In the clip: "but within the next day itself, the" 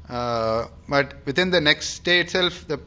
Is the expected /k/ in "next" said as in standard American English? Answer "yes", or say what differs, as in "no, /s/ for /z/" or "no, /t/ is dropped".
yes